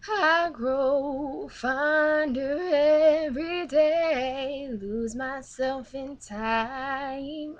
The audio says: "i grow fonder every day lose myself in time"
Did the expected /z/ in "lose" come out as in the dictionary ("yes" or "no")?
yes